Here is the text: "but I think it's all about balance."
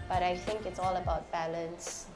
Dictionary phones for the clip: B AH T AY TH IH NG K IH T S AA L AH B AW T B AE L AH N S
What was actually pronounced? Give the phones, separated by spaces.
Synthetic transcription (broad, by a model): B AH T AY TH IH NG K IH T S AA L AH B AW T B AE L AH N S